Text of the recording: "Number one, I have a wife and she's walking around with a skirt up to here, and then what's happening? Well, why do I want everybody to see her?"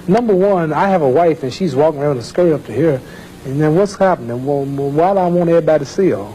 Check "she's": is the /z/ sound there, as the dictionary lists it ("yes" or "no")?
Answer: yes